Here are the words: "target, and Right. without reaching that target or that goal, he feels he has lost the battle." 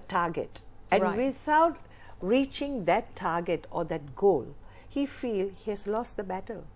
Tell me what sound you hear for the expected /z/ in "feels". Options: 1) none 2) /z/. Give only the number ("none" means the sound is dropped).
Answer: 1